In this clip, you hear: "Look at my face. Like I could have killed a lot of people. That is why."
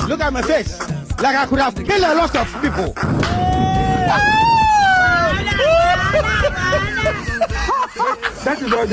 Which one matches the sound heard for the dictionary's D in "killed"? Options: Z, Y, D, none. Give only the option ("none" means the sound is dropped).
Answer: none